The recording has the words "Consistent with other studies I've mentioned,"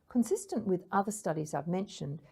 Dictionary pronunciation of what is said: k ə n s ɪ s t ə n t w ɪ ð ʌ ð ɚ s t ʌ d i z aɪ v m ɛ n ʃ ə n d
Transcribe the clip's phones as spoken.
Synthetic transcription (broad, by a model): k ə n s ɪ s t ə n t w ɪ ð ʌ ð ɚ s t ʌ d i z aɪ v m ɛ n ʃ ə n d